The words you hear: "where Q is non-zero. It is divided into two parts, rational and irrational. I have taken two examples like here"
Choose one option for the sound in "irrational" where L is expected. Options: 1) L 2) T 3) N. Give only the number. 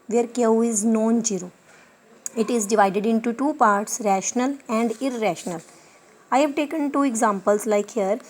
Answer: 1